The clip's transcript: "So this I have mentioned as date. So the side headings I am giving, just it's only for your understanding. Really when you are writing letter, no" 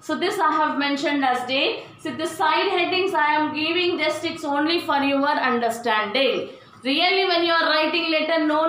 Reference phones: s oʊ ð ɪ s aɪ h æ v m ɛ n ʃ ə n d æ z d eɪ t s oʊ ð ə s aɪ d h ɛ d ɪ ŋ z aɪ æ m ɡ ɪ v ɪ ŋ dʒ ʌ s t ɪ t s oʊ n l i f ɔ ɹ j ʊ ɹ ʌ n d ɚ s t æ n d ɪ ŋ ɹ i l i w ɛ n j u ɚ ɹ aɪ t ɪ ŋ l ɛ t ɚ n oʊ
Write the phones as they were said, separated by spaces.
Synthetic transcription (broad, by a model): s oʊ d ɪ s aɪ h æ v m ɛ n ʃ ə n d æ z d eɪ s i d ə s aɪ d h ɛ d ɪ ŋ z aɪ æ m ɡ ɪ v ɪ ŋ dʒ ʌ s t ɪ t s oʊ n l i f ɔ ɹ j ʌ ɹ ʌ n d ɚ s t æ n d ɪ ŋ ɹ i l i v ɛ n j u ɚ ɹ aɪ t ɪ ŋ l ɛ t ɚ n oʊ